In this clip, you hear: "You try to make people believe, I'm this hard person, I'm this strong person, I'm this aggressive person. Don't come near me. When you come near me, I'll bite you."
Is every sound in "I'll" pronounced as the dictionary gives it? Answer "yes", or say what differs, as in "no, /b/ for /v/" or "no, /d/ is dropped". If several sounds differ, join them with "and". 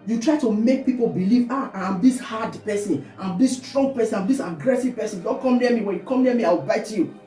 no, /w/ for /l/